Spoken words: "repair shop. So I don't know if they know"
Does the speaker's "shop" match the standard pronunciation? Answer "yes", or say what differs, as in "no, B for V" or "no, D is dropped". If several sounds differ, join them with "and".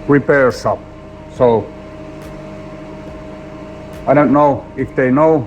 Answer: no, S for SH